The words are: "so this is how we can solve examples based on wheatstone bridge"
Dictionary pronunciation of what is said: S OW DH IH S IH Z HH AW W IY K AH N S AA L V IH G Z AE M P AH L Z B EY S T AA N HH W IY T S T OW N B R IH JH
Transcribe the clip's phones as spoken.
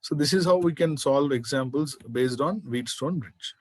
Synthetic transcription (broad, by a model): S OW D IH S IH Z HH AW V IY K AH N S AA L V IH G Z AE M P AH L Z B EY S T AA N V IY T S T OW N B R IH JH